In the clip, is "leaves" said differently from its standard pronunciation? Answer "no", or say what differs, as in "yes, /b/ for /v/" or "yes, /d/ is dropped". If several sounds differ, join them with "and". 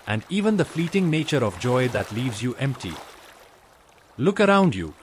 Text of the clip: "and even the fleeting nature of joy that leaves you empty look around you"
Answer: no